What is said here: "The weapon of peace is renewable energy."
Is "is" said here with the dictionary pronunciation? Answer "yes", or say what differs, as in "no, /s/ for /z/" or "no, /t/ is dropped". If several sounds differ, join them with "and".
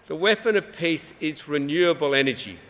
yes